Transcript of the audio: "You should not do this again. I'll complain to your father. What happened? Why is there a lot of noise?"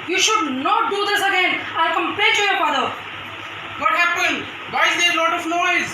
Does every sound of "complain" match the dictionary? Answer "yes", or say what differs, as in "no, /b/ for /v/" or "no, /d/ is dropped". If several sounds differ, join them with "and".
no, /l/ is dropped